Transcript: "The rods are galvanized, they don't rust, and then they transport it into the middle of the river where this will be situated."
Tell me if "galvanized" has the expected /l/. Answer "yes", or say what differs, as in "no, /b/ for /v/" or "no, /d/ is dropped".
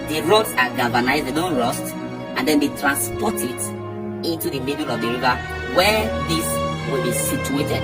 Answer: no, /l/ is dropped